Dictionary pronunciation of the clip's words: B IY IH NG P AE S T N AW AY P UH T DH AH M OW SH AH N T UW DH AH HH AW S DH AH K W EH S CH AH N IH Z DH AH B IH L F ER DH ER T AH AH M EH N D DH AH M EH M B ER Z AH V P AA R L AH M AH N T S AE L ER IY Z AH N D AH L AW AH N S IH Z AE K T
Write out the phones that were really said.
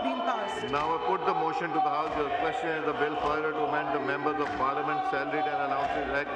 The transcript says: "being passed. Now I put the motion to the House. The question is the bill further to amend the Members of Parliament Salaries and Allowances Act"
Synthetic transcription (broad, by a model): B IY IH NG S N AW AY P UH T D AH M OW SH AH N T UW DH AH HH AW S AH K W EH S CH AH N IH Z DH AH B IH L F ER IH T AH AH M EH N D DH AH M EH M B ER Z AH V P AA R L AH M AH N T S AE L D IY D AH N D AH N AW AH N S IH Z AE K